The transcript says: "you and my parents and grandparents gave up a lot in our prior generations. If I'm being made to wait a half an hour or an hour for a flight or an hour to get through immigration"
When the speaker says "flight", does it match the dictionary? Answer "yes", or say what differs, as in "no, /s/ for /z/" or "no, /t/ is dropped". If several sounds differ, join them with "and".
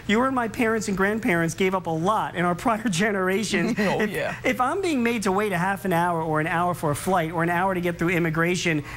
yes